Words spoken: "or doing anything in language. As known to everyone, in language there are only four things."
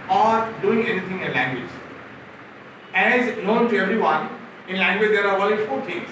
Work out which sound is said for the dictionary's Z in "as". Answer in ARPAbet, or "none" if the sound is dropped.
Z